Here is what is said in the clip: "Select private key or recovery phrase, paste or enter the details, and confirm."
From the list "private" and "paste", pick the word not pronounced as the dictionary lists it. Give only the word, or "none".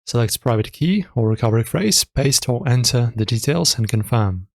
none